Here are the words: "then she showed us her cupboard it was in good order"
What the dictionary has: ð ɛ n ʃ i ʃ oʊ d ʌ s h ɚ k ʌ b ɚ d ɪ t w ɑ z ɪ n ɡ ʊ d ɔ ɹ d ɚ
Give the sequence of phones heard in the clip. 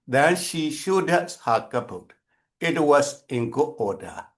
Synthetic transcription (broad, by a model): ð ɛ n ʃ i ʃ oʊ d ʌ s h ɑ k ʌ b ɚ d ɪ t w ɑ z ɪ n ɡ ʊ ɔ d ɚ